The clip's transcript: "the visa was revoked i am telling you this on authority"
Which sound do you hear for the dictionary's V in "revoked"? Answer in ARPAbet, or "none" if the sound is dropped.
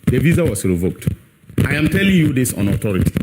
V